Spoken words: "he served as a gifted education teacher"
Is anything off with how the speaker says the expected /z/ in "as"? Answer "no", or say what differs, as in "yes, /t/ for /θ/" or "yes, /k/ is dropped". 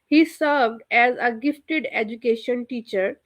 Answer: no